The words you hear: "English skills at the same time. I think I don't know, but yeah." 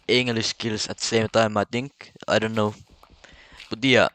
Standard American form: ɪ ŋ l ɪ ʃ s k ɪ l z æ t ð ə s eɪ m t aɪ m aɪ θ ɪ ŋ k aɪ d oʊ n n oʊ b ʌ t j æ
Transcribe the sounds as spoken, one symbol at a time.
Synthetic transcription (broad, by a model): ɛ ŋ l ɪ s k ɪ l s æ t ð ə s eɪ m t aɪ m aɪ t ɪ ŋ k aɪ d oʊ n n oʊ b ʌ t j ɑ